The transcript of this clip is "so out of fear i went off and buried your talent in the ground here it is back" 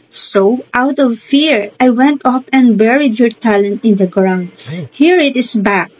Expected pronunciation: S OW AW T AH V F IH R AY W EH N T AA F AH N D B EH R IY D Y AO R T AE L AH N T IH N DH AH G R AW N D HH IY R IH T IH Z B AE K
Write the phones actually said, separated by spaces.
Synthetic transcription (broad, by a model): S OW AW T AH V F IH R AY W EH N T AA P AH N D B EH R IY D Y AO R T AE L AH N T IH N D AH G R AW N D HH IY R IH T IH S B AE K